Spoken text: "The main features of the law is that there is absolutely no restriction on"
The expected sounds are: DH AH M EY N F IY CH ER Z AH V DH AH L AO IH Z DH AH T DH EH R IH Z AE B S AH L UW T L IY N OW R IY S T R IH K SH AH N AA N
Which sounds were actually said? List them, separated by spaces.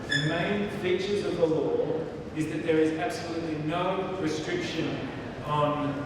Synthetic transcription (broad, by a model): DH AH M EY N F IY CH ER Z AH V DH AH L AO IH Z DH AH T DH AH R IH Z AE B S AH L UW T L IY N OW R IY S T R IH K SH AH N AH N